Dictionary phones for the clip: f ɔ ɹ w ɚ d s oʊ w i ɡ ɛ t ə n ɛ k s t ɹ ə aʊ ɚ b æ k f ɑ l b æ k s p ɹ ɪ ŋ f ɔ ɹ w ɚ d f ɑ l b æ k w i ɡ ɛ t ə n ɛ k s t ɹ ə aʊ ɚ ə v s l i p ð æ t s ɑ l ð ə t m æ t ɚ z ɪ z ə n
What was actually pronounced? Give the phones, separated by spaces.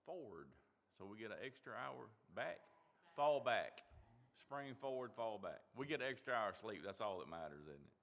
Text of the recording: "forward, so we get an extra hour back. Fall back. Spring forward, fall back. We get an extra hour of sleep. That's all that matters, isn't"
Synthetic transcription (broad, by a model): f ɔ ɹ w ɚ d s oʊ w i ɡ ɛ t ə n ɛ k s t ɹ ə aʊ ɚ b æ k f ɑ l b æ k s p ɹ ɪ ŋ f ɔ ɹ w ɚ d f ɑ l b æ k w i ɡ ɛ t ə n ɛ k s t ɹ ə aʊ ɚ ə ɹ s l i p ð æ t s ɑ l ð ə t m æ t ɚ z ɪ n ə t